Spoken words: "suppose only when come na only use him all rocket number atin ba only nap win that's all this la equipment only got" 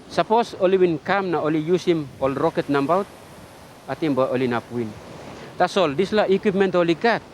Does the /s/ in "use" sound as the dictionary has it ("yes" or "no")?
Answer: yes